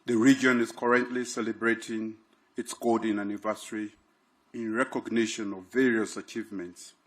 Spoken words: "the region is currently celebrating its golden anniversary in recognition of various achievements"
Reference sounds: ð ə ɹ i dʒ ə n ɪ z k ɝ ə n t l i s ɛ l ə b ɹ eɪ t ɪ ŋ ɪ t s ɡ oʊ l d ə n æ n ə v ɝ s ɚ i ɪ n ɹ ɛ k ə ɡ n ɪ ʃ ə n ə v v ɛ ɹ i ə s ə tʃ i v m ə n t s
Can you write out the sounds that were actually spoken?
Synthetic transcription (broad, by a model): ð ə ɹ i dʒ ə n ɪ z k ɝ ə n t l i s ɛ l ə b ɹ eɪ t ɪ ŋ ɪ t s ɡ oʊ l d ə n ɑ n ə v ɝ s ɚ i ɪ n ɹ ɛ k ə ɡ n ɪ ʃ ə n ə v v ɛ ɹ i ə s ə tʃ i v m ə n t s